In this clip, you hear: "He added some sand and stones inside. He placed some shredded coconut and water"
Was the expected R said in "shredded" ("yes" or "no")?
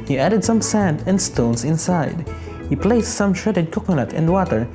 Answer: no